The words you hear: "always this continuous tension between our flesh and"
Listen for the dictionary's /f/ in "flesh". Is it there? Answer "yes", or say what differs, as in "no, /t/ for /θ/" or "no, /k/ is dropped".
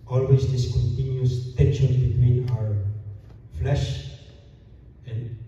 yes